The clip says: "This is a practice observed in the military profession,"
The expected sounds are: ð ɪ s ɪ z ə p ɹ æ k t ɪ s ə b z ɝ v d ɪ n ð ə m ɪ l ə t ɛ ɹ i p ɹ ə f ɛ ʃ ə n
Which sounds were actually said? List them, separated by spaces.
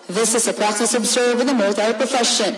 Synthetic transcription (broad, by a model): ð ɪ s ɪ z ə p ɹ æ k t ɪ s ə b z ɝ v ɪ ð ə m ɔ ə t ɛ i p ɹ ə f ɛ ʃ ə n